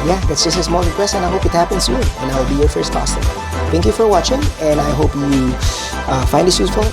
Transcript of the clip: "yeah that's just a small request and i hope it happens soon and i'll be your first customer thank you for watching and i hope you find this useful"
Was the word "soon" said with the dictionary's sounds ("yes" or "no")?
no